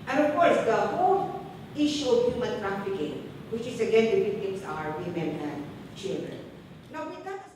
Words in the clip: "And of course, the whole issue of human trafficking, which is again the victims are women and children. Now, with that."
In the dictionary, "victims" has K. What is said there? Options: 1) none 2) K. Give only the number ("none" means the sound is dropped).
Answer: 1